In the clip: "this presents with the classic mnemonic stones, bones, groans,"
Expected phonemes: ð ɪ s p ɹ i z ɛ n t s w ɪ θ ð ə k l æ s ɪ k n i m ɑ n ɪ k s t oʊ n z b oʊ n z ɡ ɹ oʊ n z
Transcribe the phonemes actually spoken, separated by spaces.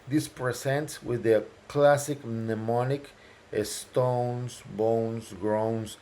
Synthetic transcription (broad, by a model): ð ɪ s p ɹ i s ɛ n t s w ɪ ð ə k l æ s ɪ k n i m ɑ n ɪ k s t oʊ n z b oʊ n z ɡ ɹ oʊ n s